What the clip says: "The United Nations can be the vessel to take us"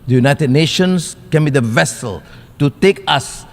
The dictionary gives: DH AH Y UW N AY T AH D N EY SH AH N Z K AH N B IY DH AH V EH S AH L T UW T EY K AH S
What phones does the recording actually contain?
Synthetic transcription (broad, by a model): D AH Y UW N AY T AH D N EY SH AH N S K AH N B IY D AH V EH S AH L T UW T EY K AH S